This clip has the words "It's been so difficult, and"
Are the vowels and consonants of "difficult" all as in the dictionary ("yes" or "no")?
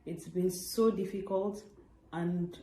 yes